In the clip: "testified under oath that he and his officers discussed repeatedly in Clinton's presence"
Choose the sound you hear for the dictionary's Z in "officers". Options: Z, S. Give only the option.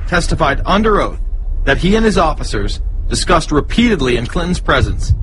Z